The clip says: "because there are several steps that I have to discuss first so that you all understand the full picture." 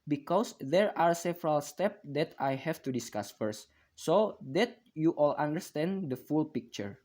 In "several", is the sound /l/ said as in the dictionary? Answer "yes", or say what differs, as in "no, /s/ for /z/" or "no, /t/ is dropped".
yes